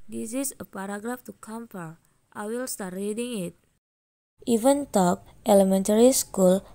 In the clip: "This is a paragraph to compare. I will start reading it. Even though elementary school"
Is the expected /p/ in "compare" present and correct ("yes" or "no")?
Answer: no